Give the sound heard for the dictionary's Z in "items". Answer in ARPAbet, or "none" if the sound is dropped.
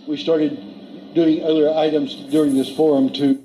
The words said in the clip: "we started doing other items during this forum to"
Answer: Z